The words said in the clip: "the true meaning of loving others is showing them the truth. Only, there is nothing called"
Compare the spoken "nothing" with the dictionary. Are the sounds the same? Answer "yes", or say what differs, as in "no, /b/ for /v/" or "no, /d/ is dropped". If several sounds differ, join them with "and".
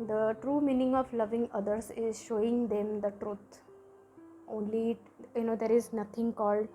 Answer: no, /t/ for /θ/